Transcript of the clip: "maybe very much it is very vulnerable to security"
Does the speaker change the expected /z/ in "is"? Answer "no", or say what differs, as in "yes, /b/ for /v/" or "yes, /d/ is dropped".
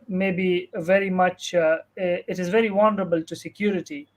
no